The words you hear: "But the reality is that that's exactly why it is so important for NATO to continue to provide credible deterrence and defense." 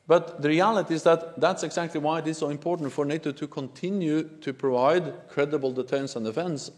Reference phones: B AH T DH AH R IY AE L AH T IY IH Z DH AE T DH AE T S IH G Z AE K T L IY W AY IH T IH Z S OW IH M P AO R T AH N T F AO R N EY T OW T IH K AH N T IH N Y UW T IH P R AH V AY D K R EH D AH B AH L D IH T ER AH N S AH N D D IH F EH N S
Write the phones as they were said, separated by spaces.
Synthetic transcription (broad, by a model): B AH T DH AH R IY AE L AH T IY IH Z DH AE T DH AE T S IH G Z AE K T L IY W AY IH T IH Z S OW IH M P AO R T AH N T F AO R N EY T OW T IH K AH N T IH N Y UW T IH P R AH V AY D K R EH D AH B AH L D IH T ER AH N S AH N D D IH F EH N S